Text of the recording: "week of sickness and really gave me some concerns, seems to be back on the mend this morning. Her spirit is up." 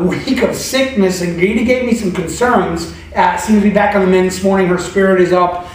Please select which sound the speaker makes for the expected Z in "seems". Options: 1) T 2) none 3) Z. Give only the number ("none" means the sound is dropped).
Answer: 2